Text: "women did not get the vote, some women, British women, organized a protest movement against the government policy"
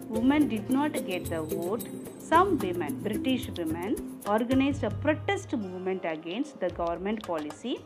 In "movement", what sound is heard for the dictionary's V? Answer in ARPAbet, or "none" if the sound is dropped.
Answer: V